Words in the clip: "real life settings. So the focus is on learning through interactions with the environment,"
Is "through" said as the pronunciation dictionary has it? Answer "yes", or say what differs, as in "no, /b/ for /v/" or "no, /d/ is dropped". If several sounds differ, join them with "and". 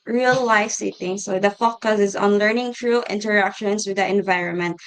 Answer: no, /t/ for /θ/